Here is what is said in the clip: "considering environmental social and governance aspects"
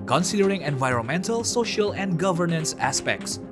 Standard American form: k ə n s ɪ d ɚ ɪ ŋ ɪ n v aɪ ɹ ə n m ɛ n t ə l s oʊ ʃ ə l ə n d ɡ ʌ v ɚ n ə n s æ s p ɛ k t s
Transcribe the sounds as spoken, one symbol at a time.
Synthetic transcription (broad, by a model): k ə n s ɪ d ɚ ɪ ŋ ɪ n v aɪ ɹ ə n m ɛ n t ə l s oʊ ʃ ə l ə n d ɡ ʌ v ɚ n ə n s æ s p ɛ k t s